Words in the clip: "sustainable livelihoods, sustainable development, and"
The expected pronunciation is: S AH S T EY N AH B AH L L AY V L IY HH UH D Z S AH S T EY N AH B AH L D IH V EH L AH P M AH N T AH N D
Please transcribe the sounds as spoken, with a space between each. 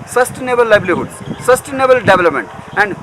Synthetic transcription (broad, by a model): S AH S T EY N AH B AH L L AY B L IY HH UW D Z S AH S T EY N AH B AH L D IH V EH L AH P M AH N T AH N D